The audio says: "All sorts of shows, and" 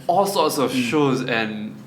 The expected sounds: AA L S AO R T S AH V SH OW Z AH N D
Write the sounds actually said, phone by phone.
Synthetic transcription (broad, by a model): AA L S AO T S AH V SH OW Z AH N